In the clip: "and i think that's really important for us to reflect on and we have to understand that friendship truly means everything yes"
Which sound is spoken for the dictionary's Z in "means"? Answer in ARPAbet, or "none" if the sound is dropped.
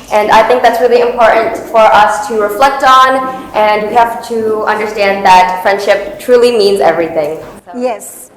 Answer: Z